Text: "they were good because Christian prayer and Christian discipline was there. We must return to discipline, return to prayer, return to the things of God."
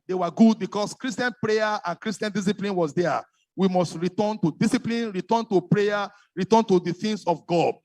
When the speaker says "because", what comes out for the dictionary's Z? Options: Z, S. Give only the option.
S